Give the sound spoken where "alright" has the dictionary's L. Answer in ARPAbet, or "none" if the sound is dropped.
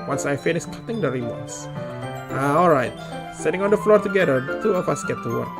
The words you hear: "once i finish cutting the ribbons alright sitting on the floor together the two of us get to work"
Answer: L